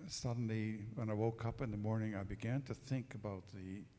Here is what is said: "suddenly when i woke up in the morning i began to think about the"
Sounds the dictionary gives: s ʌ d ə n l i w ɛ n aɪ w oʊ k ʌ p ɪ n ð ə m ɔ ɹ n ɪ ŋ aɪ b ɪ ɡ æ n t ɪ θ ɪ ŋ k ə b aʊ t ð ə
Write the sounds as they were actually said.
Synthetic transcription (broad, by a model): s ʌ d n l i w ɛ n aɪ w oʊ k ʌ p ɪ n ð ə m ɔ ɹ n ɪ ŋ aɪ b ɪ ɡ æ n t ɪ θ ɪ ŋ k ə b aʊ t ð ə